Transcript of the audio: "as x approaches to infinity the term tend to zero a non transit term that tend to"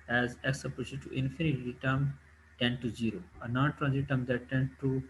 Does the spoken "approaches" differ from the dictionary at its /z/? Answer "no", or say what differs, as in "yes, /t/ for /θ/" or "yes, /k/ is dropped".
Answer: yes, /z/ is dropped